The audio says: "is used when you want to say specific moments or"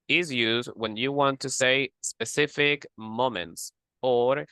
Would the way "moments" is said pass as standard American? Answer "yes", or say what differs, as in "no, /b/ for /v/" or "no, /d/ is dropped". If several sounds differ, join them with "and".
yes